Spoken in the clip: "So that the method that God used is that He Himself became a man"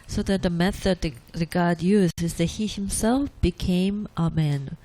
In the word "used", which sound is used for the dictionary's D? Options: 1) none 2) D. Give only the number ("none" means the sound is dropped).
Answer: 1